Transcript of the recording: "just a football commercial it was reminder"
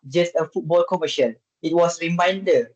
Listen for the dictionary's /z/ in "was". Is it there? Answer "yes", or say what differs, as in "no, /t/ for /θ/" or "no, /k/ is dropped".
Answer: no, /s/ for /z/